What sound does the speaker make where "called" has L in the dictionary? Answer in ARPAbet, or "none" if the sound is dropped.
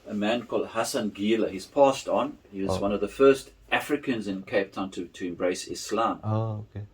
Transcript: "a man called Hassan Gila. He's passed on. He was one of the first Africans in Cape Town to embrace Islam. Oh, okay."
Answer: L